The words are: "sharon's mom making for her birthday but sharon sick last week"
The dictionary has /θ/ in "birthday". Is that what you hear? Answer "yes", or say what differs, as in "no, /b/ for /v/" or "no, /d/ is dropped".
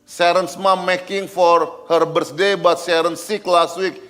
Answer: no, /s/ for /θ/